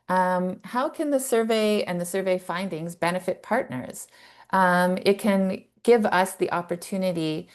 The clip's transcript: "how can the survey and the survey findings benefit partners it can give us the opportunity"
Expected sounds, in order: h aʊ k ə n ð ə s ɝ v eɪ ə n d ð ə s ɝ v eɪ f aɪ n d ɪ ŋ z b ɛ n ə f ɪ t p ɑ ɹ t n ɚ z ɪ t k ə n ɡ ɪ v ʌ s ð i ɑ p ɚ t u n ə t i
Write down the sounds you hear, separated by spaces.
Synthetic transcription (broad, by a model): h aʊ k ə n ð ə s ɝ v eɪ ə n ð ə s ɝ v eɪ f aɪ n d ɪ ŋ z b ɛ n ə f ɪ t p ɑ ɹ t n ɚ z ɪ t k ə n ɡ ɪ v ʌ s ð i ɑ p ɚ t u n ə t i